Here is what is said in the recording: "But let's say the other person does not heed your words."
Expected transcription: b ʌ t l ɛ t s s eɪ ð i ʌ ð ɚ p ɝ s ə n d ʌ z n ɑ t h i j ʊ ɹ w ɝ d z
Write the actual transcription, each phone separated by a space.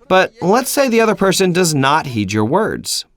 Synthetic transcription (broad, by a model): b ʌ t l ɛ t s s eɪ ð i ʌ ð ɚ p ɝ s ə n d ʌ z n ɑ t h i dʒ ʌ ɹ w ɝ d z